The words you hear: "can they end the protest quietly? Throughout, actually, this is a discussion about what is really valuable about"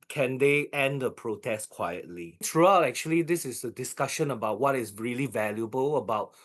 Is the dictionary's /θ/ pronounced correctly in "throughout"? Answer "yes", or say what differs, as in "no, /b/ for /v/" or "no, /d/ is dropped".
no, /s/ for /θ/